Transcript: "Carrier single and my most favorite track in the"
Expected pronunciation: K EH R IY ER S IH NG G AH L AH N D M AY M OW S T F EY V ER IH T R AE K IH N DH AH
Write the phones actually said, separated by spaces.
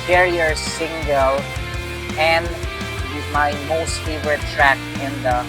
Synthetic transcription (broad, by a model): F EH R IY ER S IH NG G AH L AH N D M AY M OW S T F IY W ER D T R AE K IH N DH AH